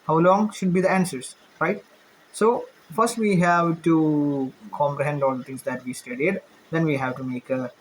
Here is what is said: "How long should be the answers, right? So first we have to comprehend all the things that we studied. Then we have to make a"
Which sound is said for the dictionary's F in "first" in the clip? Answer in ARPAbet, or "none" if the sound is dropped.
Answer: F